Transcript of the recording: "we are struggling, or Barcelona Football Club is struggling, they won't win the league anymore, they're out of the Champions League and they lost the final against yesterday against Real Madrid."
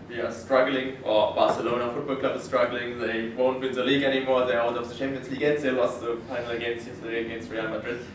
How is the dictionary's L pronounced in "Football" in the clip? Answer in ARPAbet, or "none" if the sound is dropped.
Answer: L